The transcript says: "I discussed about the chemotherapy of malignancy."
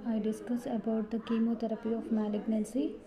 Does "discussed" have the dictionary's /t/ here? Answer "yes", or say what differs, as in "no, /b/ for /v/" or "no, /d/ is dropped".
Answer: no, /t/ is dropped